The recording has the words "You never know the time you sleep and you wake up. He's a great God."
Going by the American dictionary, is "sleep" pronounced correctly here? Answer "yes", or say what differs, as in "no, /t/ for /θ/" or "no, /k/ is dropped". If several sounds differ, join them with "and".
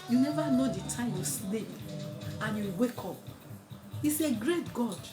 no, /n/ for /l/